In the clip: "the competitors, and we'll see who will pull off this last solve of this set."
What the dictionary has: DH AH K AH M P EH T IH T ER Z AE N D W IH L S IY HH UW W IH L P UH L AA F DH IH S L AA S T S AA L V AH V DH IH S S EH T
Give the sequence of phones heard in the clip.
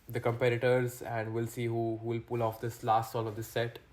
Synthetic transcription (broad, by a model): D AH K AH M P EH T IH T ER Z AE N D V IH L S IY HH UW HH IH L P UH L AA F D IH S L AA S T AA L AH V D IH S S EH T